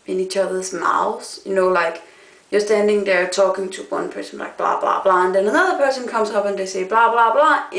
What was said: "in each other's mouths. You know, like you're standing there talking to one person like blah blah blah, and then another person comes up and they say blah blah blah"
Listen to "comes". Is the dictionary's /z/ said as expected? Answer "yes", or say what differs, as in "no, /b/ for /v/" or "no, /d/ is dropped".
no, /s/ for /z/